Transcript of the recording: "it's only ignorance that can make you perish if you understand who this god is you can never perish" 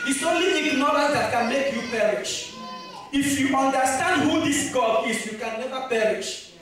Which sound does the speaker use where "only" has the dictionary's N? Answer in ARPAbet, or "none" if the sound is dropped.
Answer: none